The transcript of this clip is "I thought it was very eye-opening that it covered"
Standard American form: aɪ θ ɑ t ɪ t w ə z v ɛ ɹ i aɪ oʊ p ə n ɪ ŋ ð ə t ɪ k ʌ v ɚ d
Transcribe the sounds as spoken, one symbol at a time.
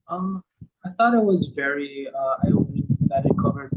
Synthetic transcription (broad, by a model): aɪ θ ɑ t ɪ t w ə z v ɛ ɹ i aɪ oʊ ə ɪ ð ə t ɪ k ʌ v ɚ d